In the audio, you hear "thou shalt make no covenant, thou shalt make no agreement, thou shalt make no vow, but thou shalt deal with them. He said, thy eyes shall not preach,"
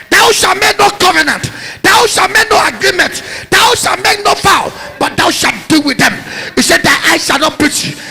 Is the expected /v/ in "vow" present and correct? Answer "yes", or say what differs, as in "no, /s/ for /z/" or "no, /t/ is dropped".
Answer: no, /f/ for /v/